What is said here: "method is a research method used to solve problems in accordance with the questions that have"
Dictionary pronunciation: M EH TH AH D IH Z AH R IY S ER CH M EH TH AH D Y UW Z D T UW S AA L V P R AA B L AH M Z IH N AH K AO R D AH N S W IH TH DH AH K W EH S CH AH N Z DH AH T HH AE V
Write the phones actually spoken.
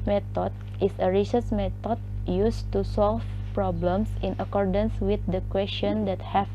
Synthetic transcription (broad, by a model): M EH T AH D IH S AH R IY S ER S M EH T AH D Y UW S T UW S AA L F P R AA B L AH M S IH N AH K AO R D AH N S W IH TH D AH K W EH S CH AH N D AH T HH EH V